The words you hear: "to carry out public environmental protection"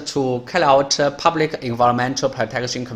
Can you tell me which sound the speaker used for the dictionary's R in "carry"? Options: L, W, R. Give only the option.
L